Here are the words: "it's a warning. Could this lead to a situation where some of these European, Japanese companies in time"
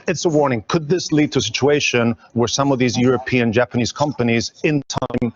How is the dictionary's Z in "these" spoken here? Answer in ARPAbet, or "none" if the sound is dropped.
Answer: Z